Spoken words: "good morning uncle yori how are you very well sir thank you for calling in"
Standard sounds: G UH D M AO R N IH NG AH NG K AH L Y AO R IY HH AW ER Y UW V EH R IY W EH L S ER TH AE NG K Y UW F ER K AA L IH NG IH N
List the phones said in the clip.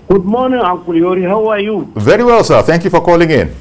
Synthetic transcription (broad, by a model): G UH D M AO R N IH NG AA K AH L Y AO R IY HH AW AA Y UW V EH R IY W EH L S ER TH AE NG K Y UW F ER K AA L IH NG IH N